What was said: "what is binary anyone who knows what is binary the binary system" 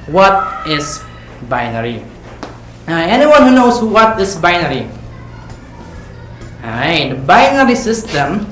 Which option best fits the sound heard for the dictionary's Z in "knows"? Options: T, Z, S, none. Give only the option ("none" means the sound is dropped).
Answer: S